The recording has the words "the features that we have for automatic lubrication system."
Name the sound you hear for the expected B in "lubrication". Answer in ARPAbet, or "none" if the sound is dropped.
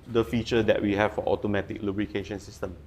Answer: B